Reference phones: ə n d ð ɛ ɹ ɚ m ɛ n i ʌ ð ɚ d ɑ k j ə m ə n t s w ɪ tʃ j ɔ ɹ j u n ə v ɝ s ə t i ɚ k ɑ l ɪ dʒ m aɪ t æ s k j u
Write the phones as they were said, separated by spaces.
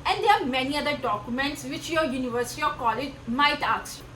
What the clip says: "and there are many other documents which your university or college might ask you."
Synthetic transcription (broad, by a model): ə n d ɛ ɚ m ɛ n i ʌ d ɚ d ɑ k j ə m ə n t s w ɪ tʃ j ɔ j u n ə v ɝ s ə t i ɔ k ɑ l ɪ dʒ m aɪ t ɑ k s